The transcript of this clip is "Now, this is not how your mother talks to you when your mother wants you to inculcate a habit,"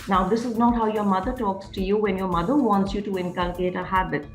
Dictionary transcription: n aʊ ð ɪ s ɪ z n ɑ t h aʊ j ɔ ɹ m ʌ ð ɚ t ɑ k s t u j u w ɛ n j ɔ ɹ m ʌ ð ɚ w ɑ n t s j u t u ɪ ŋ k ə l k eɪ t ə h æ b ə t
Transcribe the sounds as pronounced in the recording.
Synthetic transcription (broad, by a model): n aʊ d ɪ s ɪ z n ɑ t h aʊ j ɔ ɹ m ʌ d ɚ t ɑ k s t u j u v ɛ n j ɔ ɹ m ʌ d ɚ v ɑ n t s j u t u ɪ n k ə l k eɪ t ə h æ b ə t